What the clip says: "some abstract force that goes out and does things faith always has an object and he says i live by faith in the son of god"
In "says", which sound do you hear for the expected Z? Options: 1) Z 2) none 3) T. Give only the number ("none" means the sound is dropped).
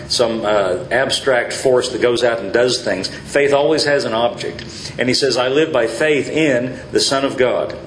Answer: 1